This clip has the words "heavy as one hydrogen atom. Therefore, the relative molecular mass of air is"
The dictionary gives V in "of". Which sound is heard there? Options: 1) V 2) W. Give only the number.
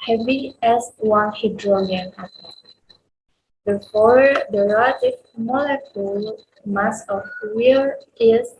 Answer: 2